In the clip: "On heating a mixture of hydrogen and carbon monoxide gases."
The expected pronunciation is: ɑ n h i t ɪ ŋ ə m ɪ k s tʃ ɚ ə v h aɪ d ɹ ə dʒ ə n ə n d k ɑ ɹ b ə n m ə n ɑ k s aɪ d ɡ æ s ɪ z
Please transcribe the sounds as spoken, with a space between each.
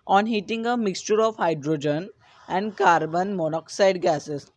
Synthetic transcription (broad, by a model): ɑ n h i t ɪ ŋ ə m ɪ k s tʃ ɚ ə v h aɪ d ɹ ə dʒ ə n ə n d k ɑ ɹ b ə n m ə n ɑ k s aɪ d ɡ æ s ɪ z